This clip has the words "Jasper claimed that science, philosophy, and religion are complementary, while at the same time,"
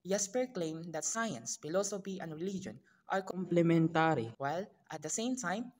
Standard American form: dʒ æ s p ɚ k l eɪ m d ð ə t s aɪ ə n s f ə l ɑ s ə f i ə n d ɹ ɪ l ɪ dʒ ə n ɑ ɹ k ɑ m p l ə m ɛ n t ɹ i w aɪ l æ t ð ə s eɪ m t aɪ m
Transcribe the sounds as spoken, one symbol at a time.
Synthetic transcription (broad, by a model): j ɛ s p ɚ k l eɪ m d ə t s aɪ ə n s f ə l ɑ s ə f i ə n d ɹ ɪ l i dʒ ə n ɑ ɹ k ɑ m p l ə m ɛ n t ɹ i w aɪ l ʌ t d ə s eɪ m t aɪ m